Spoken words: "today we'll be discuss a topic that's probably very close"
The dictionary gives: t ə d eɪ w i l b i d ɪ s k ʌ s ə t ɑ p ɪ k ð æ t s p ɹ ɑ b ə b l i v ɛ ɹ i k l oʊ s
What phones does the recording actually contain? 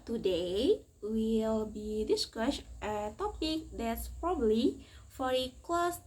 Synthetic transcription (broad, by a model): t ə d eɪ w i l b i d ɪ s k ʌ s ə t ɑ p ɪ k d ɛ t s p ɹ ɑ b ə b l i f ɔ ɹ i k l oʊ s